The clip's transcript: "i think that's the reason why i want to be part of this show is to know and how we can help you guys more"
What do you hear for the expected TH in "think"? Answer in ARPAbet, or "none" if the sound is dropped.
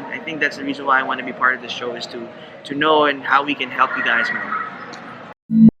TH